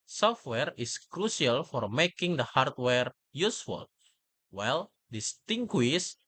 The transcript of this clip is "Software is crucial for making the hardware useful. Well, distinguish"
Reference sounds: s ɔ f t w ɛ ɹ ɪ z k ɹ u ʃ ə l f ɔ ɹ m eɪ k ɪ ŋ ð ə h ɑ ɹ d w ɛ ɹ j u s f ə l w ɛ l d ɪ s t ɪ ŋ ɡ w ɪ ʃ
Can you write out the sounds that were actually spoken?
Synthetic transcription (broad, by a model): s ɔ f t w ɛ ɹ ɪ s k ɹ u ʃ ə l f ɔ ɹ m eɪ k ɪ ŋ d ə h ɑ ɹ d w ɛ ɹ j u s f ə l w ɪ l d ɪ s t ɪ ŋ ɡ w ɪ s